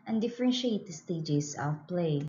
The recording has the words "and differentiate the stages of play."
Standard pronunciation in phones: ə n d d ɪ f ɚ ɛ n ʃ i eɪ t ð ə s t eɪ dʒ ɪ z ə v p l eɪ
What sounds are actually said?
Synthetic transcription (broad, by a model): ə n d d ɪ f ɚ ɛ n ʃ i eɪ t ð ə s t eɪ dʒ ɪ s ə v p l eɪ